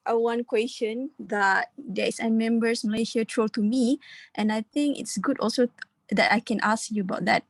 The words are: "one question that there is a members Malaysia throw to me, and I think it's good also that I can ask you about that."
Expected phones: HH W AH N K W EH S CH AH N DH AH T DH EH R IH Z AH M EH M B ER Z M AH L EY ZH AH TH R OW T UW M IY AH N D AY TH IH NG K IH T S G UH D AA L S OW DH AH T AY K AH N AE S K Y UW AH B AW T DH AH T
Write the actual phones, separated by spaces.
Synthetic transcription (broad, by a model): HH W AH N K W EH S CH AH N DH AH T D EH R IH S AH M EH M B ER S M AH L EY SH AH T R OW T UW M IY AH N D AY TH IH NG K IH T S G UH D AA L S OW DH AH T AY K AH N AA S K Y UW AH B AW T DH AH T